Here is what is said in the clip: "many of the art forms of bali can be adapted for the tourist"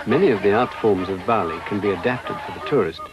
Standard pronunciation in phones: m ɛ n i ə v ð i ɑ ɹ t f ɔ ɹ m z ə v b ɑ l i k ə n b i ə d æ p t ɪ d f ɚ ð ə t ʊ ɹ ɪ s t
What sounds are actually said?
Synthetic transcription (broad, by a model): m ɛ n i ə v ð i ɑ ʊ t f ɔ ɹ m z ə v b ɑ l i k ə n b i ə d æ p t ɪ d f ɚ ð ə t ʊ ɹ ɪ s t